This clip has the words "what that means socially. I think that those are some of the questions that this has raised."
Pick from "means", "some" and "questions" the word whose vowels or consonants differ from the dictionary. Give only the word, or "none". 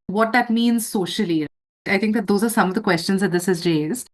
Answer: none